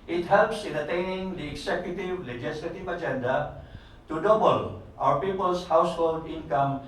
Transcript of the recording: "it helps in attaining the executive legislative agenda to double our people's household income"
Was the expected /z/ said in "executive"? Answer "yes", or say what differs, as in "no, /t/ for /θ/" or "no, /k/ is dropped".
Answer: no, /s/ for /z/